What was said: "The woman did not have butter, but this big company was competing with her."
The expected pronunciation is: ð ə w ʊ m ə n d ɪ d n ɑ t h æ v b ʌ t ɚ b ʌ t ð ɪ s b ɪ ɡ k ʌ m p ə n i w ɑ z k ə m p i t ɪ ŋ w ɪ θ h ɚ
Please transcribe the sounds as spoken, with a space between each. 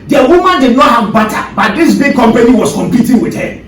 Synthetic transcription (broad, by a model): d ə w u m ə n d ɪ d n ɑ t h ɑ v b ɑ t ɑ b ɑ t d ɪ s b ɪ ɡ k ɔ m p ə n i w ɑ s k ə m p i t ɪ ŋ w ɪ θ h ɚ